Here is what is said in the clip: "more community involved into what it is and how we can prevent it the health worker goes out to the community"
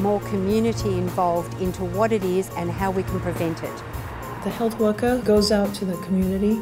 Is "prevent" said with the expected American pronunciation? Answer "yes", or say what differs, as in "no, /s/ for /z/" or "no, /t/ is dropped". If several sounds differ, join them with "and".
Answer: yes